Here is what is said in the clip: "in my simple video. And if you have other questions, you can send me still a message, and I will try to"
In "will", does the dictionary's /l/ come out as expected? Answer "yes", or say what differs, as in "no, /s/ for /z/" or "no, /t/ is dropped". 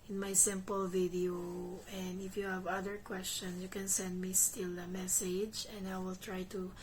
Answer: yes